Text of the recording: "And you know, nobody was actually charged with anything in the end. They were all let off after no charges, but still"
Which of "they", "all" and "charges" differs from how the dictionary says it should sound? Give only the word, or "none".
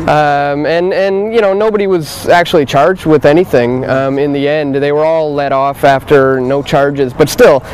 none